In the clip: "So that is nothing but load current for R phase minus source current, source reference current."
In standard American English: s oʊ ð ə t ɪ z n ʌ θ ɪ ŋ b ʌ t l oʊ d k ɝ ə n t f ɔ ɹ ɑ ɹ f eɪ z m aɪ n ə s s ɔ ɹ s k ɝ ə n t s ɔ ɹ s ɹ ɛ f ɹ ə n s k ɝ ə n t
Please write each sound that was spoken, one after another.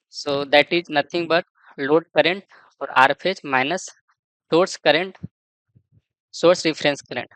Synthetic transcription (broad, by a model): s oʊ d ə t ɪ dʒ n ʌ t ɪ ŋ b ʌ t l oʊ d k ɝ ə n t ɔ ɹ ɑ ɹ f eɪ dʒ m aɪ n ə s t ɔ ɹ s k ɝ ə n t s ɔ ɹ s ɹ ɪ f ɹ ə n s k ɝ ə n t